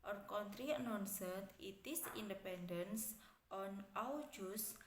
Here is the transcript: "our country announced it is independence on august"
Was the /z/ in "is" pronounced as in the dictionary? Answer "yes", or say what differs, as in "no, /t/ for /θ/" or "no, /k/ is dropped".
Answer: no, /s/ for /z/